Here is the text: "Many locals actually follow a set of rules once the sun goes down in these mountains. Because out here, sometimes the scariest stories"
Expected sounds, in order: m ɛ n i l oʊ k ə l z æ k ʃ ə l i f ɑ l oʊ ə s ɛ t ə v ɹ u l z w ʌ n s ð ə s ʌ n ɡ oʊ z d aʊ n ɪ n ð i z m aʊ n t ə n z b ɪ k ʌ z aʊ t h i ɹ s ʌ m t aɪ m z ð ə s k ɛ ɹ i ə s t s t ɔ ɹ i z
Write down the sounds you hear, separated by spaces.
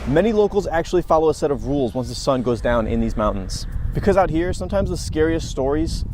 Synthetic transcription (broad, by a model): m ɛ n i l oʊ k l z æ k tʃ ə l i f ɑ l oʊ ə s ɛ t ə v ɹ u l z w ʌ n s ð ə s ʌ n ɡ oʊ z d aʊ n ɪ n ð i z m aʊ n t n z b ɪ k ʌ z aʊ t h i ɹ s ʌ m t aɪ m z ð ə s k ɛ ɹ i ə s t s t ɔ ɹ i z